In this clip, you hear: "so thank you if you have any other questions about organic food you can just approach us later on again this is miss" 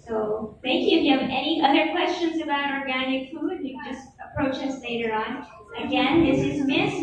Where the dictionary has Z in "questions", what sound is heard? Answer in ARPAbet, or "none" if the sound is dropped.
Z